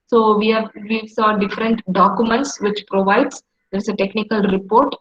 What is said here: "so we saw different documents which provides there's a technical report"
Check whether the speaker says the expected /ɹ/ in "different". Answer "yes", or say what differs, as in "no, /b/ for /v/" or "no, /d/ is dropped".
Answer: yes